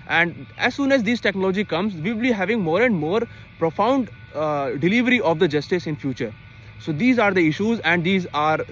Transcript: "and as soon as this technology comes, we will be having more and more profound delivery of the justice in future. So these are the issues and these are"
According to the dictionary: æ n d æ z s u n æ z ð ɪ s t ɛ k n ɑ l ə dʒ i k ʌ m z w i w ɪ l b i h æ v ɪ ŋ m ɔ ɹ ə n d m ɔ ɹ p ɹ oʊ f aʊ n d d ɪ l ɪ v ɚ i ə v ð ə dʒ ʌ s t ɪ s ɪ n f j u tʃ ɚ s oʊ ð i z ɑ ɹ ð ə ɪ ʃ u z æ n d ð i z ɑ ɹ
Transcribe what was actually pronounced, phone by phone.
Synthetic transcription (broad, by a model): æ n d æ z s u n æ z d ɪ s t ɛ k n ɑ l ə dʒ i k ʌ m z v i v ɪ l b i h æ v ɪ ŋ m ɔ ɹ ə n d m ɔ ɹ p ɹ oʊ f aʊ n d d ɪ l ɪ v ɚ i ə v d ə dʒ ʌ s t ɪ s ɪ n f j u tʃ ɚ s oʊ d i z ɑ ɹ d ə ɪ ʃ u z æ n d i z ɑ ɹ